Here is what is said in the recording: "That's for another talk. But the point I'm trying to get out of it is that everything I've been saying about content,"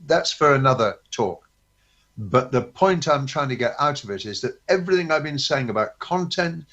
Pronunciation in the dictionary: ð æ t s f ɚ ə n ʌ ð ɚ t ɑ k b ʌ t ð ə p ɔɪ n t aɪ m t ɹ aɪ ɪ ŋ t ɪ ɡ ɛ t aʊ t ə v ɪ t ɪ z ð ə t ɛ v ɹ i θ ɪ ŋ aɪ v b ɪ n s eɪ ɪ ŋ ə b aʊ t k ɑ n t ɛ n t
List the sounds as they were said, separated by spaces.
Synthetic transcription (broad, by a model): ð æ t s f ɚ ə n ʌ ð ɚ t ɑ k b ʌ t ð ə p ɔɪ n t aɪ m t ɹ aɪ ɪ ŋ t ɪ ɡ ɛ t aʊ t ə v ɪ t ɪ z ð ə t ɛ v ɹ i θ ɪ ŋ aɪ v b ɪ n s eɪ ɪ ŋ ə b aʊ t k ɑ n t ɛ n t